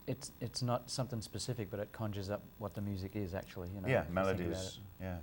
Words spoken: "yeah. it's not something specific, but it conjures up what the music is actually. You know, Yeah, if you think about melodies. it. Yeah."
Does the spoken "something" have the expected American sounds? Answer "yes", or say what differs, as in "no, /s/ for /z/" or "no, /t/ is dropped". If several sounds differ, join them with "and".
yes